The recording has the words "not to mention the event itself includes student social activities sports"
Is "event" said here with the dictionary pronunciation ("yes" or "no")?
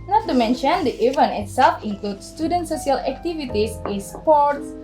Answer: no